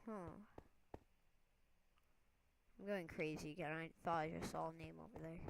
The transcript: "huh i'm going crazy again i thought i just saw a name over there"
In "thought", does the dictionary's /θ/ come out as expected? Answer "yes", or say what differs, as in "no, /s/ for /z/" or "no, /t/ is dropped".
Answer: no, /f/ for /θ/